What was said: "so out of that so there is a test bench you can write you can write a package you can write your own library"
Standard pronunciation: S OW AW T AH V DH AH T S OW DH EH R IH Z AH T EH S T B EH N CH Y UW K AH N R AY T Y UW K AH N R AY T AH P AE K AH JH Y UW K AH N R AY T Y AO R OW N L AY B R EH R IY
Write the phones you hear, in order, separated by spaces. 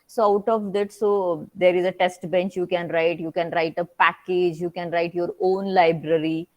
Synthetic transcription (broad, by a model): S OW AW T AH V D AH T S OW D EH R IH Z AH T EH S T B EH N CH Y UW K AH N R AY T Y UW K AH N R AY T AH P AE K AH JH Y UW K AH N R AY T Y AO R OW N L AY B R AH R IY